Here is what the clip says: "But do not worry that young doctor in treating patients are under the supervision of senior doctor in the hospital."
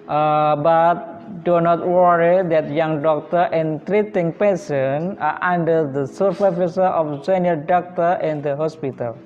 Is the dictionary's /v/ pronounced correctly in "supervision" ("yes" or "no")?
no